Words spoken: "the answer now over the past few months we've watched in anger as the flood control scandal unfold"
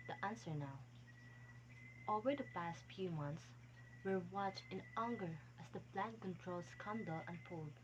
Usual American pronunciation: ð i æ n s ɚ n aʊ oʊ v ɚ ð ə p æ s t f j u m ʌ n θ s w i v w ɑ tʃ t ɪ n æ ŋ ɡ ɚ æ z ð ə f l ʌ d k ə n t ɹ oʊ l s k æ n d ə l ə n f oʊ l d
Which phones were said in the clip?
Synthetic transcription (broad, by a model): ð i æ n s ɚ n aʊ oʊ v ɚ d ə p æ s t f j u m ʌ n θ s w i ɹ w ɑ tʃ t ɪ n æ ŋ ɡ ɚ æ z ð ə p l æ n k ə n t ɹ oʊ l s k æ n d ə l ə n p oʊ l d